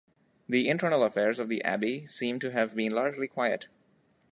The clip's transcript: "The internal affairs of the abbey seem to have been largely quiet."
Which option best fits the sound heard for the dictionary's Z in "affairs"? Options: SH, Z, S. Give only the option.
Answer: Z